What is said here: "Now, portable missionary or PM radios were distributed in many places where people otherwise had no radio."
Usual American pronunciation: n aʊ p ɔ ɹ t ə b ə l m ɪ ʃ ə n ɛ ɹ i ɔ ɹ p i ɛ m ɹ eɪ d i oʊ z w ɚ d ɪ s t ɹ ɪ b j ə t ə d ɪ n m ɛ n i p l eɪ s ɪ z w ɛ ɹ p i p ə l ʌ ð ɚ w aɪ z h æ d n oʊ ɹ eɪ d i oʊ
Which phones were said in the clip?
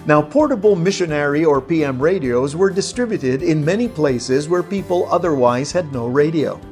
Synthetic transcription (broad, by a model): n aʊ p ɔ ɹ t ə b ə l m ɪ ʃ ə n ɛ ɹ i ɔ ɹ p i ɛ m ɹ eɪ d i oʊ z w ɚ d ɪ s t ɹ ɪ b j ə t ə d ɪ n m ɛ n i p l eɪ s ɪ z w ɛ ɹ p i p ə l ʌ ð ɚ w aɪ z h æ d n oʊ ɹ eɪ d i oʊ